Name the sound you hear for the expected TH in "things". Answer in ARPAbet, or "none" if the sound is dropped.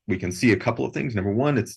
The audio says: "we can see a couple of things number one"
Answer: TH